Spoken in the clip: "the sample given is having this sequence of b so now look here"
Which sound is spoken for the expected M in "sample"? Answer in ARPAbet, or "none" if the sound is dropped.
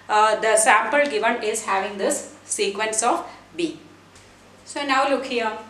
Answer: M